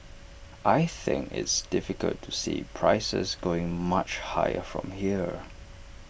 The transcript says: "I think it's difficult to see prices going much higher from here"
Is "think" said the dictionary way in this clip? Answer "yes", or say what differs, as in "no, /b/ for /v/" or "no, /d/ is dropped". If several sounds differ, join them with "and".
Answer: yes